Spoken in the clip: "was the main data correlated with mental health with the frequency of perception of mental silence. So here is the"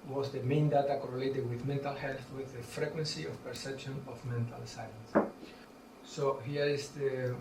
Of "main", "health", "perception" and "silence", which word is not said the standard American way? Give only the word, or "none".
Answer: silence